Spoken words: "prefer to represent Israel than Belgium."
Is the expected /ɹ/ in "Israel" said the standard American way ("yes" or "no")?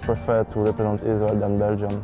no